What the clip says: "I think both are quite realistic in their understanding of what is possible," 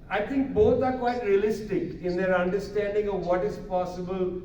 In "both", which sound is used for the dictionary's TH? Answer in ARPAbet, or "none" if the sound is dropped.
T